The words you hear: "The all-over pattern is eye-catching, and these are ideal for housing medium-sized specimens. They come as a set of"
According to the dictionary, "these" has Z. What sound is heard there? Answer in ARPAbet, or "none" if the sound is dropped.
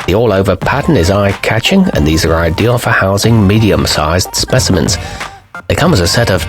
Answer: Z